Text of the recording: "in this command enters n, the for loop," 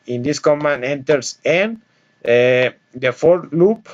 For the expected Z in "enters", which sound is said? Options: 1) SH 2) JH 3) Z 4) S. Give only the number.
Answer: 4